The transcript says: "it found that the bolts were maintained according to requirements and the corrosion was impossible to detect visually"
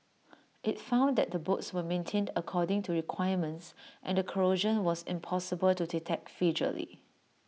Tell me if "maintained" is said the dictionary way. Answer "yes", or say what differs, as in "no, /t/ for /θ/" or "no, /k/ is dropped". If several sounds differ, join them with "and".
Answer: yes